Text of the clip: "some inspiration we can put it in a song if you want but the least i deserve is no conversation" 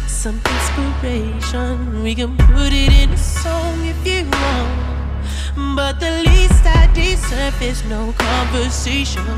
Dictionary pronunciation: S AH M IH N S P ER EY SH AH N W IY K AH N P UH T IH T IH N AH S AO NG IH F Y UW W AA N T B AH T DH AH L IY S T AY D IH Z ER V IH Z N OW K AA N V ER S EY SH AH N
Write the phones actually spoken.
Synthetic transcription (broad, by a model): S AH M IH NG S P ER EY SH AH N W IY K AH N P UH T IH T IH N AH S AO NG IH F Y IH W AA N B AH T DH AH L IY S T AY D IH S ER F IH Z N OW K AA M V ER S EY SH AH N